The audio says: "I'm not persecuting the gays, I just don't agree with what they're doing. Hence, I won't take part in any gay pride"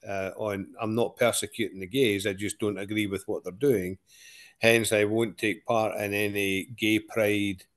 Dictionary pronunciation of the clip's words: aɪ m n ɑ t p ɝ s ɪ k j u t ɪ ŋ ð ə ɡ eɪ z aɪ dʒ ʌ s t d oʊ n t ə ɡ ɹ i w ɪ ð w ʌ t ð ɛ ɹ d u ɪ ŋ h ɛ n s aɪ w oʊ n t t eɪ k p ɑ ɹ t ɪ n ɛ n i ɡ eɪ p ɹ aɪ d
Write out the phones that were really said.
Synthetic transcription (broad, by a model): aɪ m n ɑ t p ɝ s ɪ k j u t ɪ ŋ ð ə ɡ eɪ z aɪ dʒ ʌ s d oʊ n t ə ɡ ɹ i w ɪ ð w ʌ t ð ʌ ɹ d u ɪ ŋ h ɛ n s aɪ w oʊ n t t eɪ k p ɑ ɹ t ɪ n ɛ n i ɡ eɪ p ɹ aɪ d